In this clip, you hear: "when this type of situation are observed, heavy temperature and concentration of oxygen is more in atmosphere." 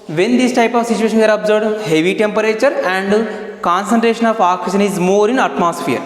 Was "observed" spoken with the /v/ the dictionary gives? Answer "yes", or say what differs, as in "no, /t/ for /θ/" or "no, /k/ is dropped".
no, /v/ is dropped